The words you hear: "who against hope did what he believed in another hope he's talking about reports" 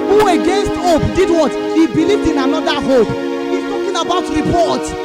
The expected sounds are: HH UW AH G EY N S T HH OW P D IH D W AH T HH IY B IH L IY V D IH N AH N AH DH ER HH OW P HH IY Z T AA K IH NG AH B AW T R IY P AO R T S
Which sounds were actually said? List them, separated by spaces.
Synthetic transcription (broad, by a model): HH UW AH G EY N S T OW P D IH D W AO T HH IY B IH L IY V D IH N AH N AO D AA HH OW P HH IY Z T AA K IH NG AH B AW T R IY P AO T